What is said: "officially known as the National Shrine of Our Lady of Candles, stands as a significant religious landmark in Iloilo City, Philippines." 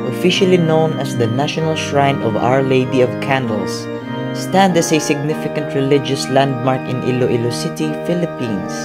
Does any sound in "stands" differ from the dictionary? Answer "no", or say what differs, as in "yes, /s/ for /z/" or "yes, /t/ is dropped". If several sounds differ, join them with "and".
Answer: yes, /z/ is dropped